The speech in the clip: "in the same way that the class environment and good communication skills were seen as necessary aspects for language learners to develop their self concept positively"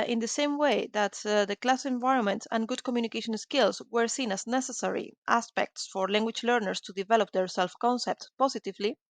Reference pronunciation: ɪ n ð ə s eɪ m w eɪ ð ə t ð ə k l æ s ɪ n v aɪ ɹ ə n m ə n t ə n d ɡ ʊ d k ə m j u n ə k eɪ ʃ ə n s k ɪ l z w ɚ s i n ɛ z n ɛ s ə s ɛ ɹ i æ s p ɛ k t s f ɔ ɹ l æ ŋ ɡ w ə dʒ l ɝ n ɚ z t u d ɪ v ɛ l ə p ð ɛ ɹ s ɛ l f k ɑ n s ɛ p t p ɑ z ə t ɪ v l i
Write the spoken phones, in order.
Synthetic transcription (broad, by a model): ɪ n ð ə s eɪ m w eɪ ð ə t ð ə k l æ s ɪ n v aɪ ɹ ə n m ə n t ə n ɡ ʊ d k ə m j u n ə k eɪ ʃ ə n s k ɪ l s w ɚ s i n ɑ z n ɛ s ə s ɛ ɹ i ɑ s p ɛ k t s f ɔ ɹ l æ ŋ ɡ w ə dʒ l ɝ n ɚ s t u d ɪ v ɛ l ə p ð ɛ ɹ s ɛ l f k ɑ n s ɛ p t p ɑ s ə t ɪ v l i